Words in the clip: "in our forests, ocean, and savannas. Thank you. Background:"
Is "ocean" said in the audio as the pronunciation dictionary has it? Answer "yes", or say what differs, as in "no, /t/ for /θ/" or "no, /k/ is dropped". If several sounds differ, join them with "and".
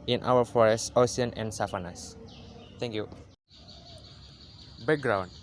no, /ʃ/ is dropped